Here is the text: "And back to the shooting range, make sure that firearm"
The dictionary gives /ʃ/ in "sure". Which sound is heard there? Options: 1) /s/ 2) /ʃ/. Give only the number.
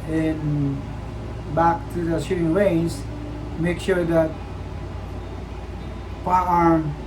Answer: 2